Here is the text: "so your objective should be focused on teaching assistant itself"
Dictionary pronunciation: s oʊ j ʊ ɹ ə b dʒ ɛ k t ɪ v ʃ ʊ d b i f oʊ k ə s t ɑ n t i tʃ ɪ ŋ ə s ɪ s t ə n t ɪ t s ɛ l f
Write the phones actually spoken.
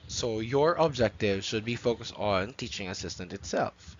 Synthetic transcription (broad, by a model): s oʊ j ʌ ɹ ə b dʒ ɛ k t ɪ v ʃ ʊ d b i f oʊ k ə s t n t i tʃ ɪ ŋ ə s ɪ s t ə n t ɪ t s ɛ l f